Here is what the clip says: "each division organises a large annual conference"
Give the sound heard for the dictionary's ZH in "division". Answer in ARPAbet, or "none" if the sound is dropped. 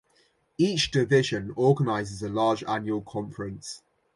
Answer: ZH